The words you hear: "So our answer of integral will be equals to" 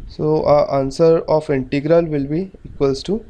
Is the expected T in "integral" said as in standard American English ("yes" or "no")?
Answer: yes